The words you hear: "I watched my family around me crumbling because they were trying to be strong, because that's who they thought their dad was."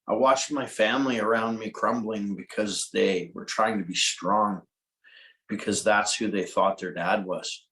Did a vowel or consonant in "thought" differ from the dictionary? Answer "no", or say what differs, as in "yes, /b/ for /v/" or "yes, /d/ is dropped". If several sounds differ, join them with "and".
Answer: no